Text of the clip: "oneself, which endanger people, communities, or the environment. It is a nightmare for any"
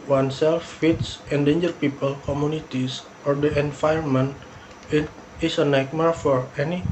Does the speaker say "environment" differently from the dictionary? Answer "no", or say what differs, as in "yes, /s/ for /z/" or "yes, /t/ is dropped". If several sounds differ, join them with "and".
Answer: yes, /ɹ/ is dropped